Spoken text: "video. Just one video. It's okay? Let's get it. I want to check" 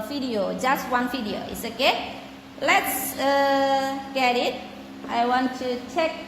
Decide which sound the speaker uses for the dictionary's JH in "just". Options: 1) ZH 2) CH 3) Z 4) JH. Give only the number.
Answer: 4